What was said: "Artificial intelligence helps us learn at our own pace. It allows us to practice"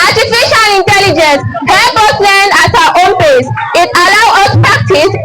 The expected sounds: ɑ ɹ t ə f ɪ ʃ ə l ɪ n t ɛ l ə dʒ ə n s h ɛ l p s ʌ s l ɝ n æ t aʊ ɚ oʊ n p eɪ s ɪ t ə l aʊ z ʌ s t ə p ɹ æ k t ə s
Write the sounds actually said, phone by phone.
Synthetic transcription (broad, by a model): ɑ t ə f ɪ ʃ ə l ɪ n t ɛ l ə dʒ ə n s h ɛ p ʌ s l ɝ n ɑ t aʊ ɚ oʊ n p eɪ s ɪ t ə l aʊ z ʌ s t p ɹ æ k t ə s